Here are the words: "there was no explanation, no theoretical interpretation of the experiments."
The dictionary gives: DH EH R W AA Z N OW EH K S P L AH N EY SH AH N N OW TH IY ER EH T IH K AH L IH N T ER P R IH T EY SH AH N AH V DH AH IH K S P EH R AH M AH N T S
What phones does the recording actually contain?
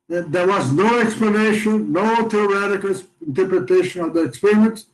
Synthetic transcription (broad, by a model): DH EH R W AA Z N OW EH K S P L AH N EY SH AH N N OW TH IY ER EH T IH K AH L IH N T ER P R IH T EY SH AH N AH V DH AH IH K S P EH R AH M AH N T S